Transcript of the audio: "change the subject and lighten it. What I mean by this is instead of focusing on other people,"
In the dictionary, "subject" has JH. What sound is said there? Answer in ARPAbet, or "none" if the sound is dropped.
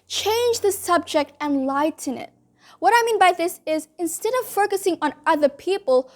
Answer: JH